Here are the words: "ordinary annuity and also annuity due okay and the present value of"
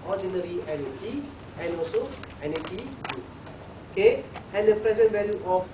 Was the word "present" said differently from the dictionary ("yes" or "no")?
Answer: no